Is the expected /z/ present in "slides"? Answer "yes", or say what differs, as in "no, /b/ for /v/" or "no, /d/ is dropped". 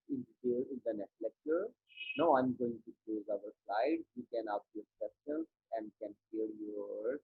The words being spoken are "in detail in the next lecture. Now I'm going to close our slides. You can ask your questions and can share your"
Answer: no, /z/ is dropped